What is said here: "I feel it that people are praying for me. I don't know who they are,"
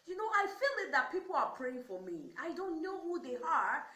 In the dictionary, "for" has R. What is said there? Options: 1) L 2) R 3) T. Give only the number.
2